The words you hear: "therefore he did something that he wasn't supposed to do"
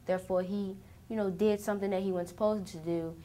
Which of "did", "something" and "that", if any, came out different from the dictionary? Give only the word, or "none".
none